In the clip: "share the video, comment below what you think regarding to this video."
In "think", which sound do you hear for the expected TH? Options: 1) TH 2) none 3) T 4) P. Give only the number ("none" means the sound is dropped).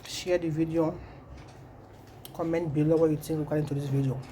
3